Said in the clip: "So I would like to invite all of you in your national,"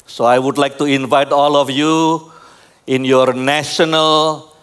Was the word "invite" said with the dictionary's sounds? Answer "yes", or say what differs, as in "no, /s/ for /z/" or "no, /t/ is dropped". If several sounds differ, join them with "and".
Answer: yes